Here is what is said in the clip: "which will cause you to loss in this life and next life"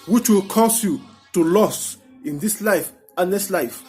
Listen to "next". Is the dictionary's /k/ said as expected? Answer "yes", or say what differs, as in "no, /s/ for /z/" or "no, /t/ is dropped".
no, /k/ is dropped